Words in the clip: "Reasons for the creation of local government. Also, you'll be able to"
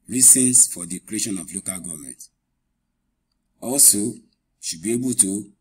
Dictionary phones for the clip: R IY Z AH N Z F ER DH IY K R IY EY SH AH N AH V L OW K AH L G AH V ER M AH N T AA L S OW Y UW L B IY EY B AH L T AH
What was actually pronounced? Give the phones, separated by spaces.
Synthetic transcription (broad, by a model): R IY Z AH N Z F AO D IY K R IY EY SH AH N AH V L OW K AH L G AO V M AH N T AA L S OW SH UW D B IY EY B AH L T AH